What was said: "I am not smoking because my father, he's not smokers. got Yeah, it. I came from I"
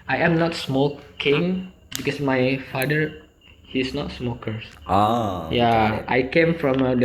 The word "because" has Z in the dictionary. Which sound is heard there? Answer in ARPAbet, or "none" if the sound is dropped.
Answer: S